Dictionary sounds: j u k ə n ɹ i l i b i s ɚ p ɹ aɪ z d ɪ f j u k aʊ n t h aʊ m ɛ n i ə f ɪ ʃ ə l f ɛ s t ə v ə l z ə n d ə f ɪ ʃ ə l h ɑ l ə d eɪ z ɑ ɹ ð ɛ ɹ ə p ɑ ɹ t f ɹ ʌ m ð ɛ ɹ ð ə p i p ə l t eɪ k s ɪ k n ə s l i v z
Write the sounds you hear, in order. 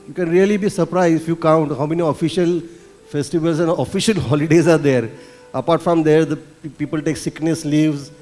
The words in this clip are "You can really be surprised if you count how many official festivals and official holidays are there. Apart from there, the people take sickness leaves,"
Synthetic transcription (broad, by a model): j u k ə n ɹ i l i b i s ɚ p ɹ aɪ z ɪ f j u k aʊ n t h aʊ m ɛ n i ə f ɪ ʃ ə l f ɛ s t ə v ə l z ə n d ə f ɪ ʃ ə l h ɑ l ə d eɪ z ɑ ɹ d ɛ ɹ ə p ɑ ɹ t f ɹ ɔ m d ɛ ɹ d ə p i p ə l t eɪ k s ɪ k n ə s l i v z